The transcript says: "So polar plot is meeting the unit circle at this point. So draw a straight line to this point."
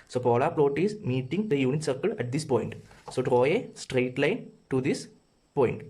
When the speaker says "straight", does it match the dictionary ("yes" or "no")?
yes